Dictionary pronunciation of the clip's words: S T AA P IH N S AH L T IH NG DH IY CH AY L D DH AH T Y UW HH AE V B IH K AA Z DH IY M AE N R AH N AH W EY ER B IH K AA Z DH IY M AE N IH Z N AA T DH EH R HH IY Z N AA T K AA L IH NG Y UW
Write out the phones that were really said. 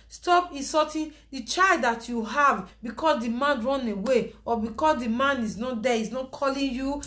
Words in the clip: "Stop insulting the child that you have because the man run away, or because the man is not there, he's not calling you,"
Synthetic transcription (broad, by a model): S T AA P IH S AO T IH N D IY CH AY L D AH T Y UW HH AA V B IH K AA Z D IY M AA N R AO N AH W EY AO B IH K AA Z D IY M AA N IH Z N AA T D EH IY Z N AA T K AA L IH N Y UW